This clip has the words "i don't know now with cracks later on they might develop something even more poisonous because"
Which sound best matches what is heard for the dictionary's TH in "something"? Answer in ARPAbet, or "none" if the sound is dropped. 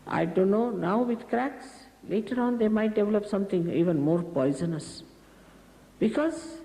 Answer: T